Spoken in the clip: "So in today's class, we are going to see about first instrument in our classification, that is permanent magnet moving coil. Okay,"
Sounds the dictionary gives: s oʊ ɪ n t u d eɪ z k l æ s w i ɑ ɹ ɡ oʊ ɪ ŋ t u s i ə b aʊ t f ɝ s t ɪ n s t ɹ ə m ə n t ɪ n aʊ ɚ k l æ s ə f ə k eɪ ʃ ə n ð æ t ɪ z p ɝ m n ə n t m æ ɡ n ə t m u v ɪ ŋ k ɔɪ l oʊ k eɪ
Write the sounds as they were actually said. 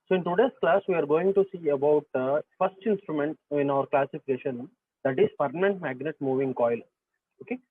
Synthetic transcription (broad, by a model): s oʊ ɪ n t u d eɪ s k l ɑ s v i ɑ ɹ ɡ oʊ ɪ ŋ t u s i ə b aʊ t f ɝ s t ɪ n s t ɹ ə m ə n t ɪ n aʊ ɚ k l æ s ə f ə k eɪ ʃ ə n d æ t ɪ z f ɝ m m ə n t m æ ɡ n ə t m u v ɪ ŋ k ɔɪ l oʊ k eɪ